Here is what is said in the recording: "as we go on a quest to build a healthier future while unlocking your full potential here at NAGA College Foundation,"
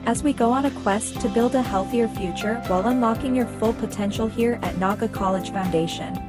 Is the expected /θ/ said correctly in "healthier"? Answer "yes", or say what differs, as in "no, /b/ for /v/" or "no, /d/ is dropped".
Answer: yes